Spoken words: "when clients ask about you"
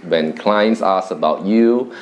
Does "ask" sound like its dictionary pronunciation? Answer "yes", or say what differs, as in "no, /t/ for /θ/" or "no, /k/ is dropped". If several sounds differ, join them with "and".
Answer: no, /k/ is dropped